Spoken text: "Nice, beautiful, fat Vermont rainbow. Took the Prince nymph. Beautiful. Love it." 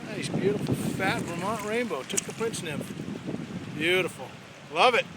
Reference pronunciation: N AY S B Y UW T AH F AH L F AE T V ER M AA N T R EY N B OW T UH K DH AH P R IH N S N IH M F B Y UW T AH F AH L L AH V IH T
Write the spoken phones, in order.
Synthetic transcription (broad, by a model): N AY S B Y UW T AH F L F AE T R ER M AA N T R EY N B OW T UH K DH AH P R IH N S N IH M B Y UW T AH F L L AH V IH T